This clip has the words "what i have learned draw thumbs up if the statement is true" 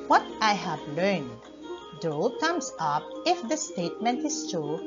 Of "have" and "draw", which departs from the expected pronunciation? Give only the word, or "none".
draw